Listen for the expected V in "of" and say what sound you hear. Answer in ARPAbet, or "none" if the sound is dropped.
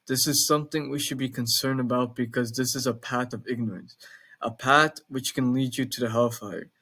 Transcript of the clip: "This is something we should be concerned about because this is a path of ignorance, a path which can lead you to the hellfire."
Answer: V